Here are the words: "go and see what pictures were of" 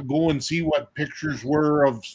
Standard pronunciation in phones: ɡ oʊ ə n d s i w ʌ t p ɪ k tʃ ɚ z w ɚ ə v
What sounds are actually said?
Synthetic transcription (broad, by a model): ɡ oʊ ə n s i w ʌ t p ɪ k tʃ ɚ z w ɚ ə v